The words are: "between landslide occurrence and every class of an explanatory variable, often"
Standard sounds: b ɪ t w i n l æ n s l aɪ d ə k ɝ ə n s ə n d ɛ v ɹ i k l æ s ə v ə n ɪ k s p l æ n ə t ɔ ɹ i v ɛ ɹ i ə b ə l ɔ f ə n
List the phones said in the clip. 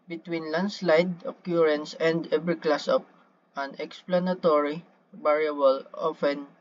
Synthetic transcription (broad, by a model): b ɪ t w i n l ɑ n s l aɪ d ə k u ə n s ə n d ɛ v ɹ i k l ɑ s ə p ə n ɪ k s p l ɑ n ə t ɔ ɹ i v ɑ ɹ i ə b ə l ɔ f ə n